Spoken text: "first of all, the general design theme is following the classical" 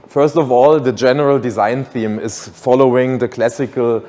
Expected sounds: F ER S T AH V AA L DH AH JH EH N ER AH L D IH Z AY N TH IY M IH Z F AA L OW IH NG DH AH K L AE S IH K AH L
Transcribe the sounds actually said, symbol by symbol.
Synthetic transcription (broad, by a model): F ER S T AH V AA L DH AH JH EH N ER AH L D IH Z AY N TH IY M IH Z F AA L OW IH NG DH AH K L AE S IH K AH L